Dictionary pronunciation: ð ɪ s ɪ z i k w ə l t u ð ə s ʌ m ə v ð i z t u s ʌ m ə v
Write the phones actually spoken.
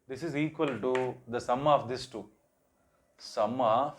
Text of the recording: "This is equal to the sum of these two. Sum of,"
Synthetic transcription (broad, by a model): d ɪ s ɪ z i k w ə l t u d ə s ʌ m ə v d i s t u s ʌ m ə